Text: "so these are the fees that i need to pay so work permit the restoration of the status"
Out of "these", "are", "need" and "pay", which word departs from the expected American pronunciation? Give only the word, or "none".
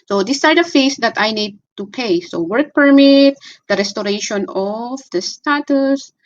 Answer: these